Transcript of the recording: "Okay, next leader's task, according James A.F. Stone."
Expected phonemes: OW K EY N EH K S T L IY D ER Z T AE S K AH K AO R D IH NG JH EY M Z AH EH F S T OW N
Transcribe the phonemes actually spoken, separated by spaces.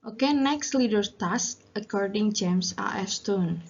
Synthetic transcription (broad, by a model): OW K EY N EH K S T L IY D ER T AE S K AH K AO R D IH NG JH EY M S AH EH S T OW N